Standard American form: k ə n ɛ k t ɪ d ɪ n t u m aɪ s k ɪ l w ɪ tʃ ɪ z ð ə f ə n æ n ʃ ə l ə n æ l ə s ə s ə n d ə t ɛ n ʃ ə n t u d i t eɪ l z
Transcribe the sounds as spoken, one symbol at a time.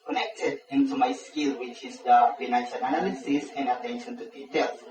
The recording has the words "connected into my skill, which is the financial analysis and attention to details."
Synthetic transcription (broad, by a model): k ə n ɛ k t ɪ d ɪ n t u m aɪ s k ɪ l w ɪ tʃ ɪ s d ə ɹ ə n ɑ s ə n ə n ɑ l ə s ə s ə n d ə t ɛ n ʃ ə n t u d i t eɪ l